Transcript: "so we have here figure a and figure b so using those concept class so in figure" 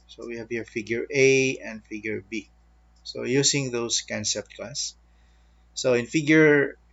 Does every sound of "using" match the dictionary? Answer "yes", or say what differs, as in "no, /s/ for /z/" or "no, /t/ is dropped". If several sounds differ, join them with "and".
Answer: no, /s/ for /z/